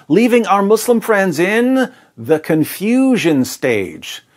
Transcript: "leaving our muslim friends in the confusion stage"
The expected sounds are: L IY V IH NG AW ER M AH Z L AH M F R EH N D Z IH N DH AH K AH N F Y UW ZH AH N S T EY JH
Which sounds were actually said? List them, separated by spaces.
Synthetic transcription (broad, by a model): L IY V IH NG AW ER M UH S L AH M F R EH N D Z IH N DH AH K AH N F Y UW ZH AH N S T EY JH